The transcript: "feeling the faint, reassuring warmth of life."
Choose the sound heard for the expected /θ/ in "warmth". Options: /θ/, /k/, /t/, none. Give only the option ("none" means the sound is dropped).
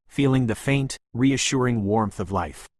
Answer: /θ/